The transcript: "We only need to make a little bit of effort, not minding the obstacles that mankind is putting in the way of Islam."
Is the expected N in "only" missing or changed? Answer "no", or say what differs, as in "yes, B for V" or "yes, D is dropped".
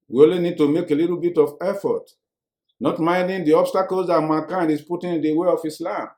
yes, N is dropped